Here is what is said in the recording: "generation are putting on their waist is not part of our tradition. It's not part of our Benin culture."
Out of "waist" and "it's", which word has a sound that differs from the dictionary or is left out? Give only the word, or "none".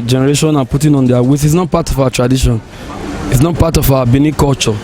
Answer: waist